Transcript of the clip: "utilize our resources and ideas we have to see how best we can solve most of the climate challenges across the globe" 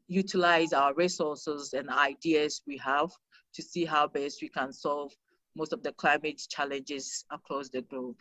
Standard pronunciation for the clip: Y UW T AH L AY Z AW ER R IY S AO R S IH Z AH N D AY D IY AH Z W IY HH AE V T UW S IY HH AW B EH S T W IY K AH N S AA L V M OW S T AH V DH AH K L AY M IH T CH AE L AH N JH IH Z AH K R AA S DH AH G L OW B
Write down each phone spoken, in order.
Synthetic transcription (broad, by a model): Y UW T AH L AY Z AW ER R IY S AO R S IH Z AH N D AY D IY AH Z W IY HH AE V T UW S IY HH AW B EH S T W IY K AH N S AA L V M OW S T AH V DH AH K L AY M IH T CH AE L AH N JH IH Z AH K R AA S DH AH G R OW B